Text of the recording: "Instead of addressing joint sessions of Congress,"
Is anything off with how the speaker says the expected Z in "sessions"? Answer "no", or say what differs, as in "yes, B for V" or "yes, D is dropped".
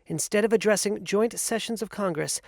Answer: no